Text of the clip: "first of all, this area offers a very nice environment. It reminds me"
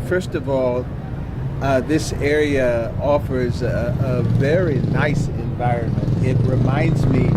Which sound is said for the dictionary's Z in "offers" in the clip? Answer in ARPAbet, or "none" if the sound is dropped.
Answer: Z